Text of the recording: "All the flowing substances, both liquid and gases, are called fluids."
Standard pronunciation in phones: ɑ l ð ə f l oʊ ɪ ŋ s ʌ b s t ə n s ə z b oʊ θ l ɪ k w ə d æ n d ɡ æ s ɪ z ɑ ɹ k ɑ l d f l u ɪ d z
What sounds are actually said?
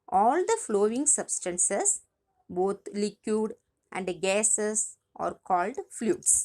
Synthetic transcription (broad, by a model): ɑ l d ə f l oʊ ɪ ŋ s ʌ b s t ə n s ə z b oʊ t l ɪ k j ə d æ n d ɡ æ s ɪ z ɑ ɹ k ɑ l d f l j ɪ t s